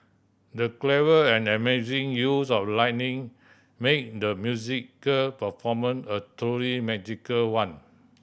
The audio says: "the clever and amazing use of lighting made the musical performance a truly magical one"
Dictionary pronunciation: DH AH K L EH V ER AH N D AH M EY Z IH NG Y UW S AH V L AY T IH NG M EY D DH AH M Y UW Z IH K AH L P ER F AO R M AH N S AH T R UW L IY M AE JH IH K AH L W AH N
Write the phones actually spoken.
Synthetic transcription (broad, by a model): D AH K L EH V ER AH N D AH M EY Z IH NG Y UW S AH F L AY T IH NG M EY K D AH M Y UW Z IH K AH L P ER F AO M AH N AH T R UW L IY M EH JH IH K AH L W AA N